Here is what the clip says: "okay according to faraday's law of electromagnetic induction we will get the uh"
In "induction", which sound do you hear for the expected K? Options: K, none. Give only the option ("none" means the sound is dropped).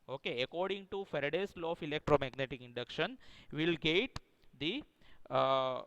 K